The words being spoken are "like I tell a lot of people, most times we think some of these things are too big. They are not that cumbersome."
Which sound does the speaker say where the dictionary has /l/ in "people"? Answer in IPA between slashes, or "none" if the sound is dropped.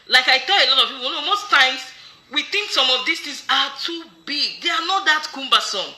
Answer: /n/